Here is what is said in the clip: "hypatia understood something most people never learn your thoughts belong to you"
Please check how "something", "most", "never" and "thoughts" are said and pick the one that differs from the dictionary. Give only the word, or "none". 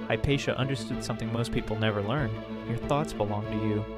none